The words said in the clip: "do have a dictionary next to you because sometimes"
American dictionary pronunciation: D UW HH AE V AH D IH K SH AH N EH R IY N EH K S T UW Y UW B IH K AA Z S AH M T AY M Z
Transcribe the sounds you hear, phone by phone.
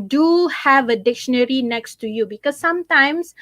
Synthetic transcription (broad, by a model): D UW HH AE V AH D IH K SH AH N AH R IY N EH K S T UW Y UW B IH K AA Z S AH M T AY M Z